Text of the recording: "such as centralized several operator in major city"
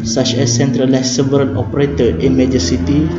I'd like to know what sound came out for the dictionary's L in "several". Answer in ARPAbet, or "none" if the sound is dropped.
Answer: N